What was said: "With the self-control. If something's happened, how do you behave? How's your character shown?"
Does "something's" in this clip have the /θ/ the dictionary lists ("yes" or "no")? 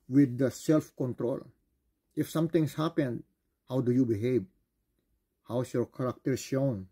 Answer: no